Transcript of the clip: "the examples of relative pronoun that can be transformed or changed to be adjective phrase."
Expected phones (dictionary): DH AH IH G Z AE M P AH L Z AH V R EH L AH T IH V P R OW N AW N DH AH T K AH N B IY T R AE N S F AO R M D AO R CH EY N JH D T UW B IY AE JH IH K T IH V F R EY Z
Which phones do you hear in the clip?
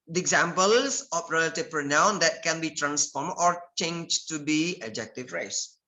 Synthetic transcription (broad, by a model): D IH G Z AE M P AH L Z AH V R EH L AH T IH V P R OW N AW N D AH T K AH N B IY T R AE N S F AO R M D AO R CH EY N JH T UW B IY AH JH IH K T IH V R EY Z